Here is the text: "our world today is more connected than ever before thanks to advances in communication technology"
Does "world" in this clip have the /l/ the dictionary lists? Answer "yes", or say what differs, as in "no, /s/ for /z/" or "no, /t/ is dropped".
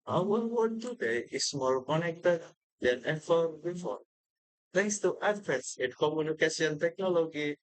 no, /l/ is dropped